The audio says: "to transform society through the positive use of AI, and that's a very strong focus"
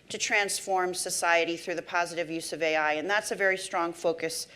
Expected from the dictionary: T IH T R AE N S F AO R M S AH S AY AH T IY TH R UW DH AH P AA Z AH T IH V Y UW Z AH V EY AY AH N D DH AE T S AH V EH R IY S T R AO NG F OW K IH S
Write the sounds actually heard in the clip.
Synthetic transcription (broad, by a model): T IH T R AE N S F AO R M S AH S AY AH T IY TH R UW DH AH P AA Z AH T IH V Y UW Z AH V EY AY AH N DH AE T S AH V EH R IY S T R AO NG F OW K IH S